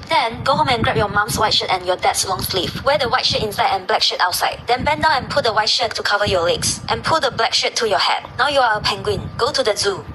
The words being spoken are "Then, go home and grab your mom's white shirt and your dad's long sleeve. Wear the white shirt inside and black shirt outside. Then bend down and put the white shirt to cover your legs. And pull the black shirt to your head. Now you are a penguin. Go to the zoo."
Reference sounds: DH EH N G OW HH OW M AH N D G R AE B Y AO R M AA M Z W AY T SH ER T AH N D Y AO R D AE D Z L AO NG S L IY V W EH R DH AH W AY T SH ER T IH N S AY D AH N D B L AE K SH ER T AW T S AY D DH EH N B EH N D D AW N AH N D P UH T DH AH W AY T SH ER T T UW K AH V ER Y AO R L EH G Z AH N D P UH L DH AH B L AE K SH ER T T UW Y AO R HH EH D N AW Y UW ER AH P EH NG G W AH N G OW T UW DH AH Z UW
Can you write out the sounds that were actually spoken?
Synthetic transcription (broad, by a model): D EH N G OW HH OW M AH N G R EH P Y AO M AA M S W AY T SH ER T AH N Y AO D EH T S L AO NG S L IY F W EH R AH W AY T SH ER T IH N S AY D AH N B L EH K SH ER T AW T S AY D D EH N B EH N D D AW AH N P UH T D AH W AY T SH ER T T UW K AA V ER Y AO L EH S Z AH N P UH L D AH B L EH K SH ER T T UW Y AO HH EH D N AW Y UW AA AH P EH NG G W AH N G OW T UW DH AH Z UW